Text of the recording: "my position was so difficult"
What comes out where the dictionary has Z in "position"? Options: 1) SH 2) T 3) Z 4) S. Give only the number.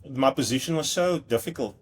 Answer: 3